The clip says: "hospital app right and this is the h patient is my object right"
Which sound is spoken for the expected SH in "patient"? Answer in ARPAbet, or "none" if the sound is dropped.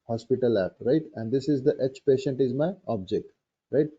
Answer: SH